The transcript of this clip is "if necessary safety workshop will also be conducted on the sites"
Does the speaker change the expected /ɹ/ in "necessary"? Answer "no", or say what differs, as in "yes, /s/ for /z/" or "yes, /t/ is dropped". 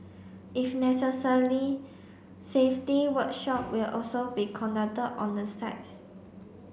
yes, /l/ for /ɹ/